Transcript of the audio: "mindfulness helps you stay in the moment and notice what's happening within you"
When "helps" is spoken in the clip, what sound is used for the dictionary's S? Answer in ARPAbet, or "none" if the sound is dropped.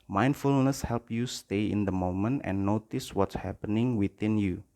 none